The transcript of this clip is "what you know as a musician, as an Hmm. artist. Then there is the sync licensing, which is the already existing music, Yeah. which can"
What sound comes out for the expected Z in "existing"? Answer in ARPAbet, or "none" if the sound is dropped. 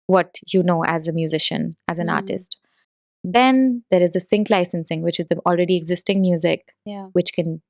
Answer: Z